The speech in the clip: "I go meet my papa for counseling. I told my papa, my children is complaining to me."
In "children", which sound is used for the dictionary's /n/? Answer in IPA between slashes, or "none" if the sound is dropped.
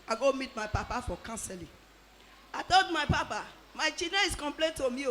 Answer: none